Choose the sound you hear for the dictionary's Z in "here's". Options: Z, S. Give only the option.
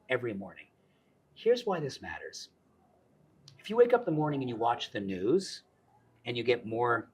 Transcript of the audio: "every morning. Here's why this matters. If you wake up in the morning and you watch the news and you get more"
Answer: Z